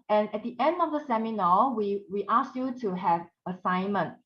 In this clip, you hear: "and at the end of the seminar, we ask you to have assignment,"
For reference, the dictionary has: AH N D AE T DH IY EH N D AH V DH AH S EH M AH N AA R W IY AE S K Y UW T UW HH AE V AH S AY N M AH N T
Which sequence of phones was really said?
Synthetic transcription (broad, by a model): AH N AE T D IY EH N D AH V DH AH S EH M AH N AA W W IY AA S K Y UW T UW HH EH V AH S AY N M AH N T